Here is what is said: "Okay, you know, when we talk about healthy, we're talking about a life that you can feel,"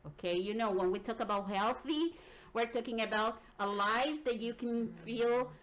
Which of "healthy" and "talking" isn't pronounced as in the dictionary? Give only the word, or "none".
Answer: none